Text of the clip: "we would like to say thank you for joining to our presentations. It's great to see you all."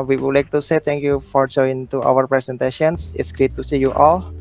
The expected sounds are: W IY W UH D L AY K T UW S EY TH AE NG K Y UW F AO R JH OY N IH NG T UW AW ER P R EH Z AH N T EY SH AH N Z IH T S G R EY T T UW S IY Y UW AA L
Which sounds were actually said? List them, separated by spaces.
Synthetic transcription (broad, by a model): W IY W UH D L AY K T UW S EY T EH NG K Y UW F AO R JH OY IH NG T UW AW ER P R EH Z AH N T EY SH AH N S IH T S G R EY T T UW S IY Y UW AA L